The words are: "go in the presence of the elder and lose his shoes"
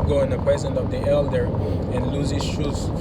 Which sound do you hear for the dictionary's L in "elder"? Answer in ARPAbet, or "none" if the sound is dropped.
L